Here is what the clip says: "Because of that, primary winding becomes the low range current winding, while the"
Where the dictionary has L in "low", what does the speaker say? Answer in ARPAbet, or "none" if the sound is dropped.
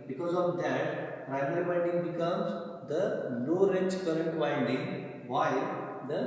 N